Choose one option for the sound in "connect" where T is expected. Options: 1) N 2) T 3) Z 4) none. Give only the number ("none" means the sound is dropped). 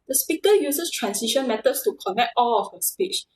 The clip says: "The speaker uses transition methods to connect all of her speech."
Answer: 2